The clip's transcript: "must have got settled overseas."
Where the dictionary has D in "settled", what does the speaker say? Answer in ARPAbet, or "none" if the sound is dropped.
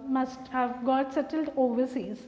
D